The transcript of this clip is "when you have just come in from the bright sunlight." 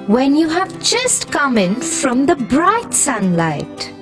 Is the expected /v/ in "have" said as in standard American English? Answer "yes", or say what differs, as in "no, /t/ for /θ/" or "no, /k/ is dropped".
yes